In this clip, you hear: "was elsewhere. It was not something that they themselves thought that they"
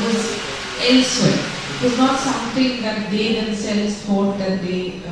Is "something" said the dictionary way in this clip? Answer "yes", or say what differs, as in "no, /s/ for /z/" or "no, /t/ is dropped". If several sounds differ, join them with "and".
no, /t/ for /θ/